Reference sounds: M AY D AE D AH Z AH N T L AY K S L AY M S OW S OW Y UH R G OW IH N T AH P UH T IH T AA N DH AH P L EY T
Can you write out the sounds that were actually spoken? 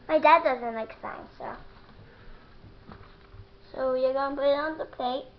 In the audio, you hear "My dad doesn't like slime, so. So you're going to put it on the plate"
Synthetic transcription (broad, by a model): M AY D AE D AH Z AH N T L AY K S AY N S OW S OW Y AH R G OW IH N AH P UH T IH T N DH AH P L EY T